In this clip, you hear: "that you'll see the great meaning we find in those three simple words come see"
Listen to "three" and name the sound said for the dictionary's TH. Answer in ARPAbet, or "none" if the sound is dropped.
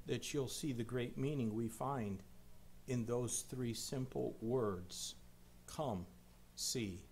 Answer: TH